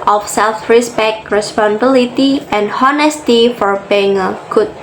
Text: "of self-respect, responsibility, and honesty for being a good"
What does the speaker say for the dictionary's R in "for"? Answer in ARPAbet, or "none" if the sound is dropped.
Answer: R